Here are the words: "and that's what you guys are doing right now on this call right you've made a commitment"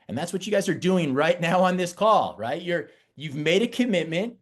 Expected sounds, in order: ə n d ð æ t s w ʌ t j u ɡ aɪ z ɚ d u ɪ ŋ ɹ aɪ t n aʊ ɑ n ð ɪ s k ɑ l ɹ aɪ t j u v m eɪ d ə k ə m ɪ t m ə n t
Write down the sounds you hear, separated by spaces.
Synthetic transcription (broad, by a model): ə n ð æ t s w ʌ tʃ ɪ ɡ aɪ z ɚ d u ɪ ŋ ɹ aɪ t n aʊ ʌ n ð ɪ s k ɑ l ɹ aɪ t j u v m eɪ d ə k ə m ɪ t m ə n t